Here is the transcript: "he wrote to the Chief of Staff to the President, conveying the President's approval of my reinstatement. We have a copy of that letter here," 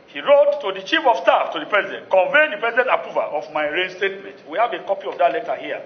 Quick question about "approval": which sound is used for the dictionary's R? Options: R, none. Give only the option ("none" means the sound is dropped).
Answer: none